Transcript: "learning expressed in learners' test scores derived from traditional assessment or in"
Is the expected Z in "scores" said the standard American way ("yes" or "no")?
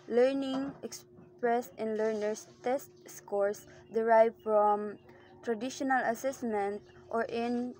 no